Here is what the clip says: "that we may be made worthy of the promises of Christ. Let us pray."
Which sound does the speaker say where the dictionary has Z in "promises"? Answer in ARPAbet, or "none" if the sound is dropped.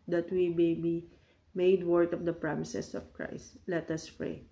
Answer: S